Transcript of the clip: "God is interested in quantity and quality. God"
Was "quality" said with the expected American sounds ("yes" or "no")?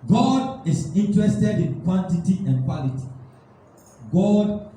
yes